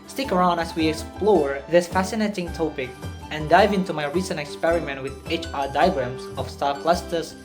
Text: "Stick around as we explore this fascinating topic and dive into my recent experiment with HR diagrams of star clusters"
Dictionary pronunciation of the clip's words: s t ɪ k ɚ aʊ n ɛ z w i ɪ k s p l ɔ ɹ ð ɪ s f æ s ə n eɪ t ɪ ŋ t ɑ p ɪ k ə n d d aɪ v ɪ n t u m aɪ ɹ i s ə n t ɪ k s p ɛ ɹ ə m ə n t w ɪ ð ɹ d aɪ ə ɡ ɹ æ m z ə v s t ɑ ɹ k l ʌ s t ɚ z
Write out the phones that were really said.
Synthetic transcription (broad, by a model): s t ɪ k ɚ aʊ n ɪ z w i ɪ k s p l ɔ ɹ ð ɪ s f æ s ə n eɪ t ɪ ŋ t ɑ p ɪ k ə n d d aɪ v ɪ n t u m aɪ ɹ i s ə n t ɪ k s p ɛ ɹ ə m ə n t w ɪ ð ɹ d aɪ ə ɡ ɹ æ m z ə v s t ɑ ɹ k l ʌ s t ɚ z